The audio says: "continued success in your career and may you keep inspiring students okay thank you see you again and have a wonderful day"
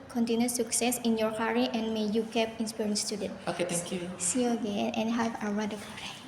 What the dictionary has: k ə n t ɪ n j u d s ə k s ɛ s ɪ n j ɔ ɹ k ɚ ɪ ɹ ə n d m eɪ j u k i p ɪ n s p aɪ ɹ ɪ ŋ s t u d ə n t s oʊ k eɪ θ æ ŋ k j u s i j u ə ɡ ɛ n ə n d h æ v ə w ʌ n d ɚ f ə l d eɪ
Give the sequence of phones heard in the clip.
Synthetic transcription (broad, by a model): k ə n t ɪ n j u s ə k s ɛ s ɪ n j ɔ ɹ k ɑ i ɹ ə n m eɪ j u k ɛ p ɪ n s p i ɹ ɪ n s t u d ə n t oʊ k eɪ t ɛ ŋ k j u s i ə ɡ ɛ n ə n h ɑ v ə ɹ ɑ d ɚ p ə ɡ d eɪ